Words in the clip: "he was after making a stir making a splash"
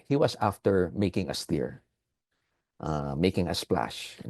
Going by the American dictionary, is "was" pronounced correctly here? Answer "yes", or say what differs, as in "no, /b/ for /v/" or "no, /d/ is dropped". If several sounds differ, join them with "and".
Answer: no, /s/ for /z/